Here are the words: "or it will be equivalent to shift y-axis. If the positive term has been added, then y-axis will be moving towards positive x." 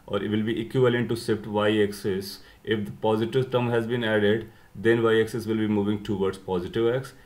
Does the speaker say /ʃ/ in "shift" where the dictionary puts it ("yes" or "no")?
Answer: no